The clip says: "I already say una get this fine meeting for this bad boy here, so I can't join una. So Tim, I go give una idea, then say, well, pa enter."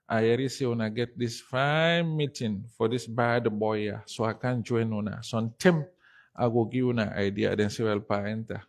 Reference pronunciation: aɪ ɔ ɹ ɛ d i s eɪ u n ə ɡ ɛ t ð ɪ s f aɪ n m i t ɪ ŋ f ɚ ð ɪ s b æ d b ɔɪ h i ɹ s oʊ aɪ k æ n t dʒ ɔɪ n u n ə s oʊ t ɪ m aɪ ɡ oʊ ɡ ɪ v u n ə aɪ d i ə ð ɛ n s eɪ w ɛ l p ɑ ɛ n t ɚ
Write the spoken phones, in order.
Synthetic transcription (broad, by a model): aɪ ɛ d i s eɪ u n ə ɡ ɛ t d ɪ s f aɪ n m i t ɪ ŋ f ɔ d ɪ s b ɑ d b ɔɪ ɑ s oʊ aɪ k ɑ n dʒ ɔɪ n u n ə s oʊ t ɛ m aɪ ɡ oʊ ɡ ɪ u n ə aɪ d i ə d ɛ n s eɪ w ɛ l p ɑ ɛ n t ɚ